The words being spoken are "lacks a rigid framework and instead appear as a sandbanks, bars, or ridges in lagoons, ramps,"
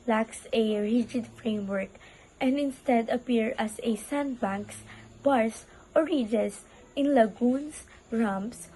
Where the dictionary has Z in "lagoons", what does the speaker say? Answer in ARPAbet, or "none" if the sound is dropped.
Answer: S